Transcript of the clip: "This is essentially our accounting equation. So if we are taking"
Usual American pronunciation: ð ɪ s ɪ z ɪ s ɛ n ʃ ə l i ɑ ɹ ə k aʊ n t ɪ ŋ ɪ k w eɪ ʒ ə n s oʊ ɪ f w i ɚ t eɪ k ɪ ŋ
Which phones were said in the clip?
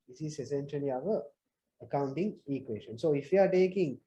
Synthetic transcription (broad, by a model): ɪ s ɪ s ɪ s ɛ n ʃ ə n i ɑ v ə k aʊ n t ɪ ŋ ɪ k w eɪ s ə n s oʊ ɪ f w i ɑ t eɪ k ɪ ŋ